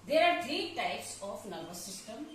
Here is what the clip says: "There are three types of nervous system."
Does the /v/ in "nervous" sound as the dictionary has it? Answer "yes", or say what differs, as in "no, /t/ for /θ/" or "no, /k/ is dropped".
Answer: no, /b/ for /v/